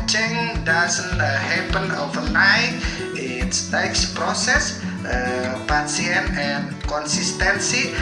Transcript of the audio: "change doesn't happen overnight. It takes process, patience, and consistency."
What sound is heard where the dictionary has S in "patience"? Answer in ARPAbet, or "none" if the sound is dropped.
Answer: none